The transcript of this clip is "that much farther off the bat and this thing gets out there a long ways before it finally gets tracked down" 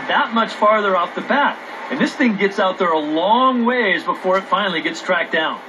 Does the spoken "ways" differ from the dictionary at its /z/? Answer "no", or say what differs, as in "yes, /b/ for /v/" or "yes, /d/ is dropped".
no